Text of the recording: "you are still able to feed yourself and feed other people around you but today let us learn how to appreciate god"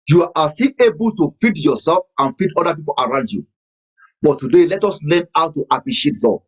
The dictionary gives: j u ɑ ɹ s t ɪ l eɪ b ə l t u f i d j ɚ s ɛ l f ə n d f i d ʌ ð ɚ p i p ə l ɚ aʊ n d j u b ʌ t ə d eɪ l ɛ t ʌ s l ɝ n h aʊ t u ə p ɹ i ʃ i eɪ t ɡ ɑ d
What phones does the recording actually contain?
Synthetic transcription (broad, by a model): j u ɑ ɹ s t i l eɪ b ə l t u f i d j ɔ s ɛ l f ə n f i d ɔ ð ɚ p i p ə l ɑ aʊ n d j u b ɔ t ə d eɪ l ɛ t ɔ s l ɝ n h aʊ t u ə p ɹ i ʃ i eɪ t ɡ ɑ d